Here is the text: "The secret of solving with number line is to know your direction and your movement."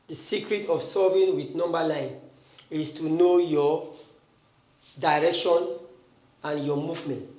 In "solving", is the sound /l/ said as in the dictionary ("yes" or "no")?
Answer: no